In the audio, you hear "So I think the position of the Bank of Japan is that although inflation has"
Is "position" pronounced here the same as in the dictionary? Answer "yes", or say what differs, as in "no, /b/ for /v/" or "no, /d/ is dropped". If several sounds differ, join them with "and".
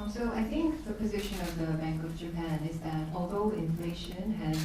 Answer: yes